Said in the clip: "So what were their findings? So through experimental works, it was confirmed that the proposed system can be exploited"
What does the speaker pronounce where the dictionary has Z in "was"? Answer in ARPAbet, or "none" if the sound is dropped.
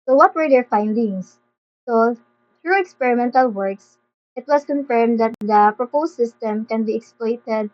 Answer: S